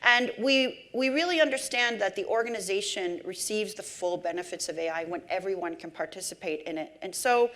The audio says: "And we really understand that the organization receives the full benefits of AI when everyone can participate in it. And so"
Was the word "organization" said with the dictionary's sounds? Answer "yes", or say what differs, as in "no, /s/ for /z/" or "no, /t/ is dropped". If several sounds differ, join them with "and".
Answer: yes